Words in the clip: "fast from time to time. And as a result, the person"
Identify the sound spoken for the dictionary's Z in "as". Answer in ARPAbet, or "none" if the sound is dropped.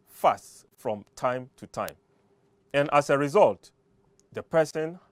S